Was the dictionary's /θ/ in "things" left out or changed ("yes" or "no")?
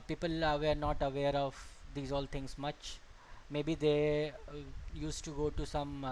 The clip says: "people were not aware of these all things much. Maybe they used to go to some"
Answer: yes